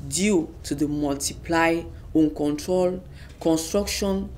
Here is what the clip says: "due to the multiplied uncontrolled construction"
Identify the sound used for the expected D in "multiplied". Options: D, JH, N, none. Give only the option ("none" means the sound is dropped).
none